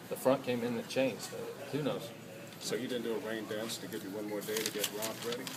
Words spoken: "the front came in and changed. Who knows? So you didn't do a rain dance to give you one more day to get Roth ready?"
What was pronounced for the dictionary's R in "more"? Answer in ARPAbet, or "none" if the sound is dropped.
R